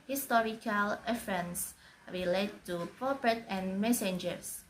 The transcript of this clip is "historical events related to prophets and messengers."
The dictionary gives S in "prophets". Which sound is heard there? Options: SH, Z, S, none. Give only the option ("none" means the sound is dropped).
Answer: none